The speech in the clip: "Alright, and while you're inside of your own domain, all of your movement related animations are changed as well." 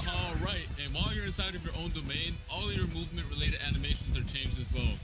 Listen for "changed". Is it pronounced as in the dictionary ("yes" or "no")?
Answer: no